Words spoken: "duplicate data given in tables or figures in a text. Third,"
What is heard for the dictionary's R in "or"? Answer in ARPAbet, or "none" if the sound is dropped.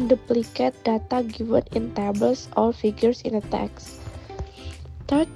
L